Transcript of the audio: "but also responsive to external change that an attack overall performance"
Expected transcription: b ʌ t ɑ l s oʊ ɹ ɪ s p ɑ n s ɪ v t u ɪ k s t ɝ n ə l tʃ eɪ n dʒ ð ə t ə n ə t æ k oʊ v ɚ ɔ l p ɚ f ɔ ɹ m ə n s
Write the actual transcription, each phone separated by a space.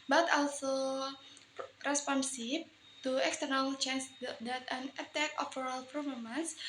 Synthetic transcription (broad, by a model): b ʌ t ɑ l s oʊ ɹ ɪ s p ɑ n s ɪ b t u ɪ k s t ɝ n ə l tʃ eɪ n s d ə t ə n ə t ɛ k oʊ f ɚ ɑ l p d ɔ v m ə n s